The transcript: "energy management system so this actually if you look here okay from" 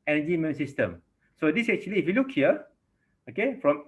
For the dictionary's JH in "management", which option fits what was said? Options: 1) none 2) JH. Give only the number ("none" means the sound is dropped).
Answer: 1